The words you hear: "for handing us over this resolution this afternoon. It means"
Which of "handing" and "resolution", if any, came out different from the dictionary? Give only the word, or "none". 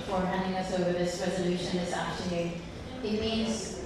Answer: none